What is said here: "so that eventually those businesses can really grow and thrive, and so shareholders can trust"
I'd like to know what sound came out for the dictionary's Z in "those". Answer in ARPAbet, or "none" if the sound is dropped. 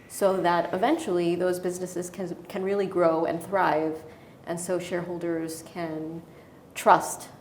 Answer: Z